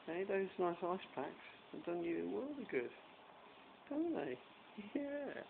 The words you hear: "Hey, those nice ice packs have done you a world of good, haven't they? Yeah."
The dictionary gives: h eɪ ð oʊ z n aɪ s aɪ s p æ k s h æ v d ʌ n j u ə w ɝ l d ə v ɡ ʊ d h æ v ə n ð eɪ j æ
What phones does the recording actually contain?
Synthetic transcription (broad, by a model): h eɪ ð oʊ z n aɪ s aɪ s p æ k s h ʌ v d ʌ n j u ə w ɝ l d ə ɡ ʊ d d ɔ ə n ð eɪ j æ